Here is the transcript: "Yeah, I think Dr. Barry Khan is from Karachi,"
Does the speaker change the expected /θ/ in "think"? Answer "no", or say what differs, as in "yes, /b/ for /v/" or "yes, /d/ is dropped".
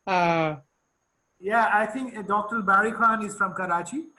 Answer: yes, /t/ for /θ/